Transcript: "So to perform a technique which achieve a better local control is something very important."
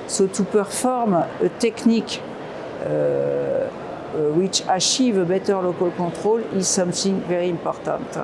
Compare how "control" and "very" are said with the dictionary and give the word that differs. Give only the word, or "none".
control